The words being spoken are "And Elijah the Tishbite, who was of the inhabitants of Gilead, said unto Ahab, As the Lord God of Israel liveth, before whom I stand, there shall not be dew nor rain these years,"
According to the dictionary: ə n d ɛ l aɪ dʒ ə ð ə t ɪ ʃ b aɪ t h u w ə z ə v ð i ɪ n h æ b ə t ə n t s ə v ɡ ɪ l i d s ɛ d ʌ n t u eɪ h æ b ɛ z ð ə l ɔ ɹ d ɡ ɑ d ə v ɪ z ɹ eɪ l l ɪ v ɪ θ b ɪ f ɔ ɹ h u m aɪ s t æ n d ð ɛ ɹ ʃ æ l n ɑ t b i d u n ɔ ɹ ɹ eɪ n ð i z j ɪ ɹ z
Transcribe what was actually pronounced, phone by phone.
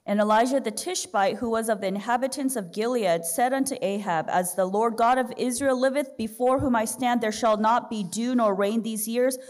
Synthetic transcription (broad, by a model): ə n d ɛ l aɪ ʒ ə ð ə t ɪ ʃ b aɪ t h u w ə z ə v ð i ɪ n h æ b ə t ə n s ə v ɡ ɪ l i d s ɛ d ʌ n t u eɪ h æ b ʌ z ð ə l ɔ ɹ d ɡ ɑ d ə v ɪ z ɹ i l l ɪ v ɪ θ b ɪ f ɔ ɹ h u m aɪ s t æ n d ð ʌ ɹ ʃ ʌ l n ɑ t b i d u n ɔ ɹ ɹ eɪ n ð i z j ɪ ɹ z